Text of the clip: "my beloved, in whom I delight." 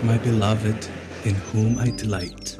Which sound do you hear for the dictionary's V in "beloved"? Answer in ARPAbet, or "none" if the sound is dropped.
V